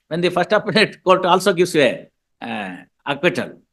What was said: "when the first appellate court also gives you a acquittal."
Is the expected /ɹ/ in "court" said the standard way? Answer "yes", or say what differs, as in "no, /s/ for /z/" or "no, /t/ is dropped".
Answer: no, /l/ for /ɹ/